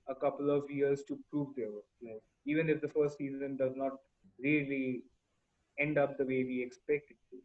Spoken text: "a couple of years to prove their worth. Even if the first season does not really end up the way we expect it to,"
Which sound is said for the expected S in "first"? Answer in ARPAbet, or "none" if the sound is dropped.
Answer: S